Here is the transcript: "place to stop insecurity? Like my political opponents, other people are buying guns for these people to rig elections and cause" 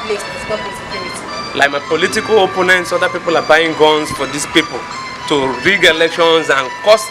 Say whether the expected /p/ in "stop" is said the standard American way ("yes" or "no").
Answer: no